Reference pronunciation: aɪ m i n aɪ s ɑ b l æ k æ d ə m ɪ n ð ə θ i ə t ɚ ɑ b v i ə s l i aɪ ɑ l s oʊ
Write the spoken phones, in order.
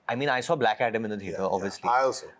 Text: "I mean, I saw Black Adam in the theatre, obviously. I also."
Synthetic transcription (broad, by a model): aɪ m i n aɪ s ɑ b l æ k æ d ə m ɪ n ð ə t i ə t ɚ ɑ b v i ə s l i aɪ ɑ l s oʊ